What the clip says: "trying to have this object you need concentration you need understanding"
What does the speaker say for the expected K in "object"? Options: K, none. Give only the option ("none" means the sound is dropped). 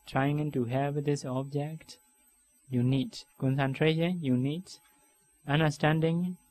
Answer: K